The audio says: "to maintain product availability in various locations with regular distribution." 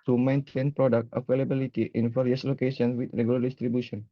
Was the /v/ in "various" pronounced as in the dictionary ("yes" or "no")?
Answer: no